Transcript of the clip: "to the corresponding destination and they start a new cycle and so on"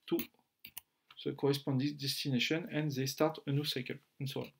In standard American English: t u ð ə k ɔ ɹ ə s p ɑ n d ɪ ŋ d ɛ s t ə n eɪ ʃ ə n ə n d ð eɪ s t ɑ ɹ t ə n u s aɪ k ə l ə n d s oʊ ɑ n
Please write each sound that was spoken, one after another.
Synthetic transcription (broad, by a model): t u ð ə k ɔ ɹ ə s p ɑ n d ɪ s d ɛ s t ə n eɪ ʃ ə n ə n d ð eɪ s t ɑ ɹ t ə n u s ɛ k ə n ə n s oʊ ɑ